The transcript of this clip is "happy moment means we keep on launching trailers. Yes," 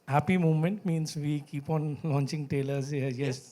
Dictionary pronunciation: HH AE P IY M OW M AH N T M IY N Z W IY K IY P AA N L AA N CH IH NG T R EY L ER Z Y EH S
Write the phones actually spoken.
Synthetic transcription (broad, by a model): HH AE P IY M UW M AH N T M IY N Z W IY K IY P AA N L AA N CH IH NG T EY L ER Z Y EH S